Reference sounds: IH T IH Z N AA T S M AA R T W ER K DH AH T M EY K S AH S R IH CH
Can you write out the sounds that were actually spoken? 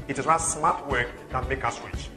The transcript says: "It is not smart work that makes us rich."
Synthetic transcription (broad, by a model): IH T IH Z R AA S M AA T W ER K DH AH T M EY K AH S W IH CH